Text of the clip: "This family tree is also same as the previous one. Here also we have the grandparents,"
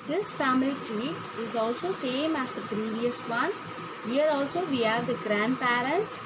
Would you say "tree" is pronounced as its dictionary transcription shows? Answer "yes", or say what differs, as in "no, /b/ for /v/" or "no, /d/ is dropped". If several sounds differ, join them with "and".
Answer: no, /ɹ/ is dropped